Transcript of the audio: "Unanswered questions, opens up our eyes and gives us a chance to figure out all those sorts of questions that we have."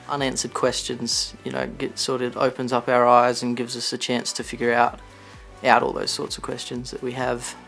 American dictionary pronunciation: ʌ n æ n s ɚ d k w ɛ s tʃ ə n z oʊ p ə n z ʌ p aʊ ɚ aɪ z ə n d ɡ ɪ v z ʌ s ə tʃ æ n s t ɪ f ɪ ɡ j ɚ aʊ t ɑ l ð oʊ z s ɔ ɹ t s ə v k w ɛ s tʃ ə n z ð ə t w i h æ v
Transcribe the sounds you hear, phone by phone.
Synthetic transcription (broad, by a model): ʌ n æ n s ɚ d k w ɛ s tʃ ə n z oʊ p ə n z ʌ p aʊ ɚ aɪ z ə n ɡ ɪ v z ʌ s ə tʃ æ n s t ɪ f ɪ ɡ j ɚ aʊ t ɑ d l oʊ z s ɔ ɹ t s ə v k w ɛ s tʃ ə n z ð ə t w i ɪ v